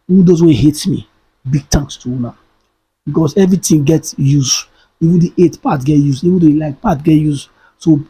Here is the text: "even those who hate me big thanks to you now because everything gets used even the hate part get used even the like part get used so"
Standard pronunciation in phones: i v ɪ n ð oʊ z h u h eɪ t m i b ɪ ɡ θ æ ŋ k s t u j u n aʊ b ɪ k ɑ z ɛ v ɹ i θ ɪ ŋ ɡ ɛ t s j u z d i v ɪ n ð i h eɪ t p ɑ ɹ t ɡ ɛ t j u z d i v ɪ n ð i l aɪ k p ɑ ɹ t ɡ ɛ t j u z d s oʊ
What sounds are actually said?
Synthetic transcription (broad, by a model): i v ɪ n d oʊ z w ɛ h eɪ t m i b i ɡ t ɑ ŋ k s t u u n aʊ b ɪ k ɑ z ɛ v ɹ i t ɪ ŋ ɡ ɛ t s j u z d i v ɪ n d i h eɪ t p ɑ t ɡ ɛ t j u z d i v ɪ n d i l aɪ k p ɑ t ɡ ɛ t j u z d s oʊ